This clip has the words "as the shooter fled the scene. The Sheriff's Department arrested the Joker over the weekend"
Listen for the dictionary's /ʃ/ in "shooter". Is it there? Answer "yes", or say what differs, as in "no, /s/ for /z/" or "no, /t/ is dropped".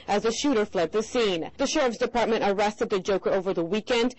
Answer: yes